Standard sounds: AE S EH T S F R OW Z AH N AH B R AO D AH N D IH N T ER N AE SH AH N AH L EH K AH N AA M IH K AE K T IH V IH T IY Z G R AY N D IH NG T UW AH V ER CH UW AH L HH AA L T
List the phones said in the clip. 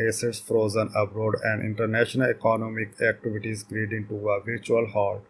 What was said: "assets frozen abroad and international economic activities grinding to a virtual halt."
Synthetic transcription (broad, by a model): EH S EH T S F R OW Z AH N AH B R AO D AH N D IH N T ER N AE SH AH N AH L EH K AH N AA M IH K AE K T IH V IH T IY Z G R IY D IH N T UW AH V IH CH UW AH L HH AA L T